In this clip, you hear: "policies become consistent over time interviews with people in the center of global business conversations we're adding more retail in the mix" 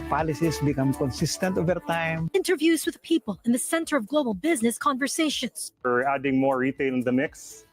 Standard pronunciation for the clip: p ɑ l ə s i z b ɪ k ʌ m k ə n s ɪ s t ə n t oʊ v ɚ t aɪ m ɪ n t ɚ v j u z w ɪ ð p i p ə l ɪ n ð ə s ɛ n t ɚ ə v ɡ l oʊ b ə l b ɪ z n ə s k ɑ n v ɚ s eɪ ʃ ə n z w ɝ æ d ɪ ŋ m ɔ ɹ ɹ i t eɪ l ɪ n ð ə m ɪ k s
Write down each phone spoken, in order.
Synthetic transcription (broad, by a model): p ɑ l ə s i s b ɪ k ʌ m k ə n s ɪ s t ə n t oʊ v ɚ t aɪ m ɪ n t ɚ v j u z w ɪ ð p i p ə l ɪ n ð ə s ɛ n t ɚ ə v ɡ l oʊ b ə l b ɪ z n ə s k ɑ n v ɚ s eɪ ʃ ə n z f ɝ æ d ɪ ŋ m ɔ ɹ ɹ i t eɪ l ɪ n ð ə m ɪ k s